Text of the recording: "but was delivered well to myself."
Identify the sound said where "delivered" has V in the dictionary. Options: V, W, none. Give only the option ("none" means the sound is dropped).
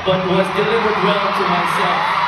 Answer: W